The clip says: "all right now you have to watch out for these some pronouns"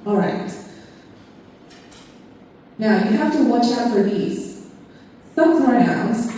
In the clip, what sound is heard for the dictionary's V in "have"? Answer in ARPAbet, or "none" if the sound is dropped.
F